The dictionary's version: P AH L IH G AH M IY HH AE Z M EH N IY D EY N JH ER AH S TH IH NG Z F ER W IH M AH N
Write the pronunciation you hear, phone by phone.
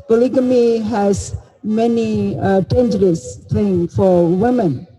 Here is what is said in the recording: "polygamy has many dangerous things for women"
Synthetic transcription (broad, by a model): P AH L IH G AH M IY HH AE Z M EH N IY D EY N JH ER AH S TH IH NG F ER W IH M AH N